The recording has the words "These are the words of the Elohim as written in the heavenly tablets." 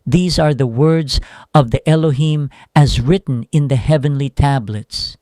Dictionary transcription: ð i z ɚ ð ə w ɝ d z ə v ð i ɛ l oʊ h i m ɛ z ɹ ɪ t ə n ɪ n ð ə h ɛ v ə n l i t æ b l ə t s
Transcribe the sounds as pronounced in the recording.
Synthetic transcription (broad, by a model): ð i z ɚ ð ə w ɝ d z ə v ð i ɛ l oʊ h i m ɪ z ɹ ɪ t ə n ɪ n ð ə h ɛ v ə n l i t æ b l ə t s